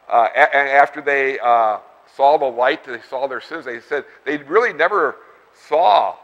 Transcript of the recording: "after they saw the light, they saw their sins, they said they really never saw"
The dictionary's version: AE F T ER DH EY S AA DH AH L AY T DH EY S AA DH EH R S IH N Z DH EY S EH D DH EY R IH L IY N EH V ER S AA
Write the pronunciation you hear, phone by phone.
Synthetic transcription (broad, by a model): AE F T ER DH EY S AA DH AH L AY T DH EY S AA DH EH R S IH N Z DH EY S EH D DH EY R IH L IY N EH V ER S AA